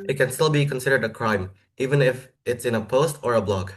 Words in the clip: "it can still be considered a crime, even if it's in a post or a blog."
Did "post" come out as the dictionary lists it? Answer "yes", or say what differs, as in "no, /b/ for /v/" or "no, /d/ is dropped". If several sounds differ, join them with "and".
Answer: yes